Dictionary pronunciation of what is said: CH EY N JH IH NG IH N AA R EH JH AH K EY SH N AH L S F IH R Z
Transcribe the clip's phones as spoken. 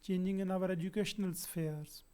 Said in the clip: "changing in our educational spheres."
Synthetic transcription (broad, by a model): CH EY N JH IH NG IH N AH R EH JH AH K EY SH N AH L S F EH R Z